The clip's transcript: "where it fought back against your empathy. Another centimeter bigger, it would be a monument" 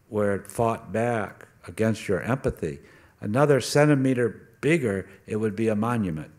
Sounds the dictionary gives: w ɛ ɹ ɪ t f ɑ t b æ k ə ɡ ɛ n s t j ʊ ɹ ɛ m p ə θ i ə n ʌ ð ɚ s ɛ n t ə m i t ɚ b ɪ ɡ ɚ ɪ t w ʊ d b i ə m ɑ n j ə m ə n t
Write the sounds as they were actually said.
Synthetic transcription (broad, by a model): w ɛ ɹ ɪ t f ɑ t b æ k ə ɡ ɛ n s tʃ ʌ ɹ ɛ m p ə θ i ə n ʌ ð ɚ s ɛ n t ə m i t ɚ b ɪ ɡ ɚ ɪ t w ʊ d b i ə m ɑ n j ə m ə n t